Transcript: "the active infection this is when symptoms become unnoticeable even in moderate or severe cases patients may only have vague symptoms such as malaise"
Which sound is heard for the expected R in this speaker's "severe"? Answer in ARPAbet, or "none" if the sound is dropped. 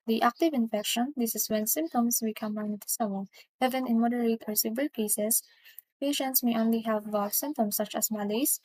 L